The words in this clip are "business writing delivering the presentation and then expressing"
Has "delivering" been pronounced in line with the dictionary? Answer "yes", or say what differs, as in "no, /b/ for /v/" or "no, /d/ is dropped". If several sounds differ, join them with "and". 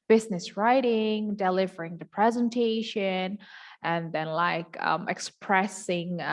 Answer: yes